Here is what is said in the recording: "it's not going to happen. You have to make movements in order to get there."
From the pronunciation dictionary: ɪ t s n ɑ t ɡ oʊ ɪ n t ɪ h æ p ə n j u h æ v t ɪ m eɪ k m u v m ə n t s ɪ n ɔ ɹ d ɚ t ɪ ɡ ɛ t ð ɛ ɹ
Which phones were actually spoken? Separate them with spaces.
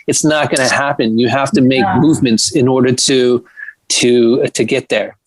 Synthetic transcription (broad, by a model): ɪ t s n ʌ t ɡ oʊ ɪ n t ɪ h æ p ə n j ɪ h æ f t ɪ m eɪ k m u v m ə n t s ɪ n ɔ ɹ d ɚ t ɪ ɡ ɛ t ð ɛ ɹ